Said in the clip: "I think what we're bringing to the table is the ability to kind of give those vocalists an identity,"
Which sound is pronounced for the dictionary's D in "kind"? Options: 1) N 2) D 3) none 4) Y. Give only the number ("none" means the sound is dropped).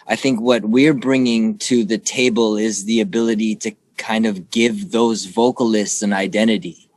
2